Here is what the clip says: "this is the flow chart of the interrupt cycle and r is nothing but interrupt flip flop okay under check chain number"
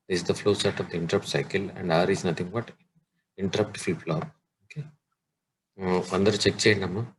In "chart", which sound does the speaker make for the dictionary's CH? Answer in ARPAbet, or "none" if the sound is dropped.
S